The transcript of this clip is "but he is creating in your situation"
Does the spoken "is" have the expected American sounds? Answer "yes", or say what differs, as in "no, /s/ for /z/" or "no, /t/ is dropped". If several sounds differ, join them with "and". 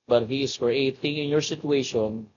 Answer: no, /s/ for /z/